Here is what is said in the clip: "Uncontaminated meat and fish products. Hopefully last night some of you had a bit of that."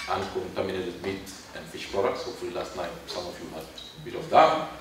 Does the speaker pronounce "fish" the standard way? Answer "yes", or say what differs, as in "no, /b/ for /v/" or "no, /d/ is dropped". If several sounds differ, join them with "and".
yes